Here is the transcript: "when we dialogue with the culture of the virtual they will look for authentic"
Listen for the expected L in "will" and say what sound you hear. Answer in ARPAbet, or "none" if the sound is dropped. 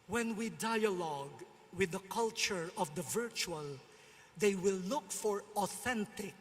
L